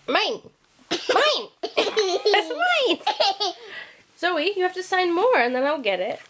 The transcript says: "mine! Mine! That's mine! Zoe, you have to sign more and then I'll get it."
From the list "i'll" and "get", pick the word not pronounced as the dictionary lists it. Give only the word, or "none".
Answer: none